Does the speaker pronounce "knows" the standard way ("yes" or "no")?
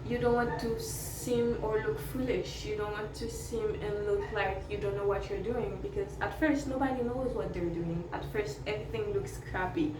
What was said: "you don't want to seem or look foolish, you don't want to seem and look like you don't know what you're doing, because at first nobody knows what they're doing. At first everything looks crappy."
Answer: yes